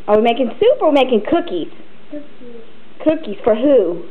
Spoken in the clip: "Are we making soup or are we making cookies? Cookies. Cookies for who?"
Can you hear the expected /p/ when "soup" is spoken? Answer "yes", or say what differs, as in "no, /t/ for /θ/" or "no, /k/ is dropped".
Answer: yes